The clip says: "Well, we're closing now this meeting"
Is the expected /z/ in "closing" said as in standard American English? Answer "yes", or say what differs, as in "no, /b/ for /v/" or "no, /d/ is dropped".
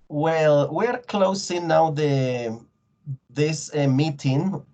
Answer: no, /s/ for /z/